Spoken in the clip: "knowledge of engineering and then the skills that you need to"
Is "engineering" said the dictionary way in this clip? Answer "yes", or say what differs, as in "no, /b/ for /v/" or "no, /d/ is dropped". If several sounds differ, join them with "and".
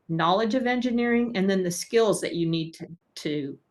yes